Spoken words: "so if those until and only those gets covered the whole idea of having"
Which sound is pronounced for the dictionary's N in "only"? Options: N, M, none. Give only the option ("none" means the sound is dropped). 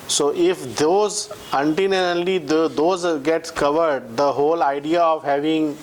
none